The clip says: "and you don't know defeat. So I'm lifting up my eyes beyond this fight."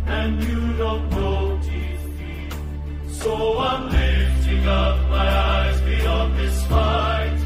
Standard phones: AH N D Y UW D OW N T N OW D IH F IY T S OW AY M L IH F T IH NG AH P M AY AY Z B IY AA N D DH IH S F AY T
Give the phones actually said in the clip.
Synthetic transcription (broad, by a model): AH N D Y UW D OW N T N OW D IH IY S OW AY M L IH F T IH NG AH P M AY AY Z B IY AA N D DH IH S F AY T